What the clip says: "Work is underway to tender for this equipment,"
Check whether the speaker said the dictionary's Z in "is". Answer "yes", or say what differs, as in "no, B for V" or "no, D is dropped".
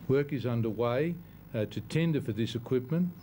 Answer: yes